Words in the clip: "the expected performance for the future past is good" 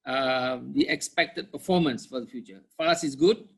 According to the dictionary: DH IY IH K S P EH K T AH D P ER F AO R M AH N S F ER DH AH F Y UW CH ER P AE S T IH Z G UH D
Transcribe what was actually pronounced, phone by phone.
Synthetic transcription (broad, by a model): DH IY IH K S P EH K T AH D P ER F AO M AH N S F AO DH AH F Y UW CH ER F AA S IH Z G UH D